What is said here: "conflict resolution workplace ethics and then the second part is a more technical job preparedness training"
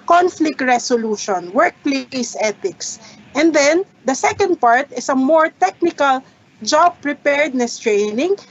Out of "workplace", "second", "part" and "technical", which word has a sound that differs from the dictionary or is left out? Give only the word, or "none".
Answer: none